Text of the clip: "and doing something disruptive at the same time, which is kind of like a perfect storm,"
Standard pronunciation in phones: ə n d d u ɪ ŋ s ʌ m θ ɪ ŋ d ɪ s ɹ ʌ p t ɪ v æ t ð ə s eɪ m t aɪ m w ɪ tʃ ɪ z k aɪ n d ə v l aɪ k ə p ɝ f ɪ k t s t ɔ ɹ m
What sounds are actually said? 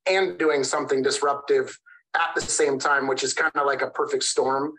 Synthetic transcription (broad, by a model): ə n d d u ɪ ŋ s ʌ m θ ɪ ŋ d ɪ s ɹ ʌ p t ɪ v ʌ t ð ə s eɪ m t aɪ m w ɪ tʃ ɪ z k aɪ n d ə l aɪ k ə p ɝ f ɪ k t s t ɔ ɹ m